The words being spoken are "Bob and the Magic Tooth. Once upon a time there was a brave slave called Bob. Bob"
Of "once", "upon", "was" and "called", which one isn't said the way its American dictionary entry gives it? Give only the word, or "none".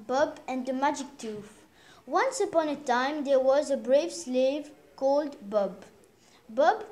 none